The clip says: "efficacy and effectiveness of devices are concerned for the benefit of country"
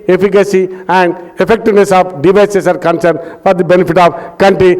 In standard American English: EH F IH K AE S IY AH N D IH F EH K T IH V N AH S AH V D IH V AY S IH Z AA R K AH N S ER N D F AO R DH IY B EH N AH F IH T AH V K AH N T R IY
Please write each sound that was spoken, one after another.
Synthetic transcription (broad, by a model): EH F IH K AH S IY AH N D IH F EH K T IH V N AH S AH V D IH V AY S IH S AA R K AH N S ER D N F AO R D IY B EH N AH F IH T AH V K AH N T R IY